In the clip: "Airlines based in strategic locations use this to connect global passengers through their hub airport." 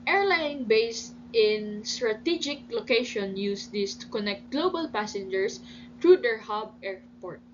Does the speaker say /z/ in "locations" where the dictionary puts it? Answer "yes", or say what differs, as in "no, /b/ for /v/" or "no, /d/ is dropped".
no, /z/ is dropped